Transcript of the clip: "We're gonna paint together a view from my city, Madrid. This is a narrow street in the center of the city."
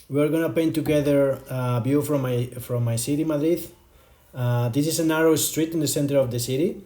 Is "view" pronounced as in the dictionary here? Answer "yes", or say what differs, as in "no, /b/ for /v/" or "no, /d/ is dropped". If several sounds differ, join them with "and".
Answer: no, /b/ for /v/